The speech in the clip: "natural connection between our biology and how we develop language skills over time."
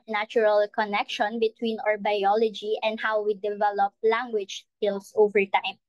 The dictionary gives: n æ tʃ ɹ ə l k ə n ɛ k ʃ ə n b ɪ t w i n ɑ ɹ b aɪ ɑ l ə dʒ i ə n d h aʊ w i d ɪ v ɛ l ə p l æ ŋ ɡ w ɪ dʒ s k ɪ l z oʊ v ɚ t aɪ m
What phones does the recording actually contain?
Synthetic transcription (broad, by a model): n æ tʃ ɹ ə l k ə n ɛ k ʃ ə n b ɪ t w i n ɑ ɹ b aɪ ɑ l ə dʒ i ə n d h aʊ w i d ɪ v ɛ l ə p l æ ŋ ɡ w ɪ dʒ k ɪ l s oʊ v ɚ t aɪ m